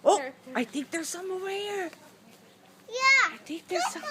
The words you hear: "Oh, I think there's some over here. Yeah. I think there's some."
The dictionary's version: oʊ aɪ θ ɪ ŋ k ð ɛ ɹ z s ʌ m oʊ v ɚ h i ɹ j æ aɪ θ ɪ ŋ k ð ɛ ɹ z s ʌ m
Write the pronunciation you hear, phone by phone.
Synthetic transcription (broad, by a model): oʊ aɪ θ ɪ ŋ k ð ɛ ɹ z s ʌ m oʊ ɚ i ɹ j æ aɪ θ ɪ ŋ k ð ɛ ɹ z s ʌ